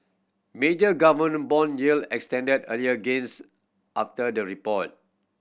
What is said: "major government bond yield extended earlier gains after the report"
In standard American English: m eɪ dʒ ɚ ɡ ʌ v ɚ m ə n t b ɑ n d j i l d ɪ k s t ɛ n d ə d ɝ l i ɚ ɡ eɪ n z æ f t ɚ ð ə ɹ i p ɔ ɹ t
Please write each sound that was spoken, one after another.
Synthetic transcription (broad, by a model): m eɪ dʒ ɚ ɡ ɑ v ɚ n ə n b ɑ n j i l ɪ k s t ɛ n d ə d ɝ l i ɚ ɡ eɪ n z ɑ f t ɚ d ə ɹ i p ɔ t